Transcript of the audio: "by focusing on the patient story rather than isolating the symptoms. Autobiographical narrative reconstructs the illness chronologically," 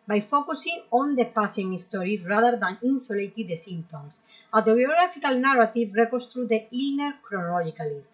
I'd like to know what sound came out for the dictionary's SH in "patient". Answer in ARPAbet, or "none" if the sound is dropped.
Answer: S